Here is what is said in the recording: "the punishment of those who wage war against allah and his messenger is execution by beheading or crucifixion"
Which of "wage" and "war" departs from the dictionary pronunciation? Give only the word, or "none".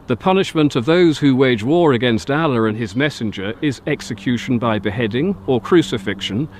none